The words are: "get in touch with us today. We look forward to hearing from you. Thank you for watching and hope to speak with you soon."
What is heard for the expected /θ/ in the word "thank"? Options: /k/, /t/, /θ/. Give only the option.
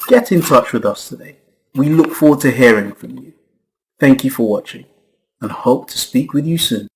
/θ/